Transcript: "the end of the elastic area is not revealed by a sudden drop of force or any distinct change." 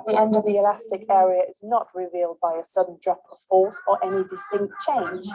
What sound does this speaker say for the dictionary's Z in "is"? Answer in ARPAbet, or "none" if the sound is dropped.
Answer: Z